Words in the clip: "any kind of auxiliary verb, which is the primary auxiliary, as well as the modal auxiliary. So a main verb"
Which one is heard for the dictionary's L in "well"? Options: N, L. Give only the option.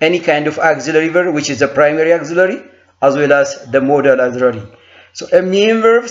L